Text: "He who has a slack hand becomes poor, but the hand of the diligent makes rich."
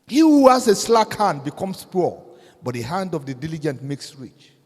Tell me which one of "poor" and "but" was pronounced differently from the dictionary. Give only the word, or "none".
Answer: poor